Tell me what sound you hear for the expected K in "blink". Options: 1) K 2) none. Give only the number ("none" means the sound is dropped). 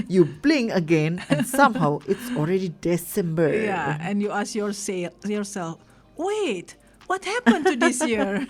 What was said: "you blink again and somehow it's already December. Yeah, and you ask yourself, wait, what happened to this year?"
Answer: 2